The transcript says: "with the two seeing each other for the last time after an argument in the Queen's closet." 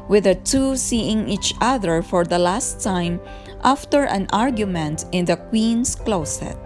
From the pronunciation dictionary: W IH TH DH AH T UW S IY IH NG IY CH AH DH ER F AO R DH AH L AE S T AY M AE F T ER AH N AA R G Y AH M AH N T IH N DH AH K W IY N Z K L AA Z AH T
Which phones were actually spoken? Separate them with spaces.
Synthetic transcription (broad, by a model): W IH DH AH T UW S IY IH NG IY CH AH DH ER F AO R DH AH L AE S T AY M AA F T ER AH N AA R G Y AH M AH N T IH N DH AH K W IY N S K L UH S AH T